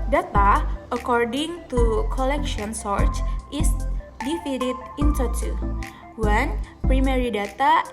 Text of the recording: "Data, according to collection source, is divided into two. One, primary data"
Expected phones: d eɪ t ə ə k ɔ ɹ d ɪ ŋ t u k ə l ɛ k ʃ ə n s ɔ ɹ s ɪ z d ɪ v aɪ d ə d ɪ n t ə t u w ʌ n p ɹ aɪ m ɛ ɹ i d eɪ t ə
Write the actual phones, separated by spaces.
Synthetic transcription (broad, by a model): d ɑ t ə ə k ɔ ɹ d ɪ ŋ t u k ə l ɛ k ʃ ə n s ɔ ɹ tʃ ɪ s d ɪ f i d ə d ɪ n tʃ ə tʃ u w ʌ n p ɹ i m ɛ ɹ i d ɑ t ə